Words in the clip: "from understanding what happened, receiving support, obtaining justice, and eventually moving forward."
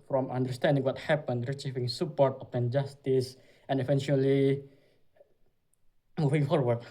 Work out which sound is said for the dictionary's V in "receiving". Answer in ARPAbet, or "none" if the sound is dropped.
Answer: F